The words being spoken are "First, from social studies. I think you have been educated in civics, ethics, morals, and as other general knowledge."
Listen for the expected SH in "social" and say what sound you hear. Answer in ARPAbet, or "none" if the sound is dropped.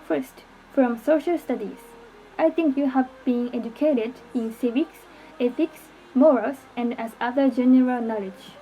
SH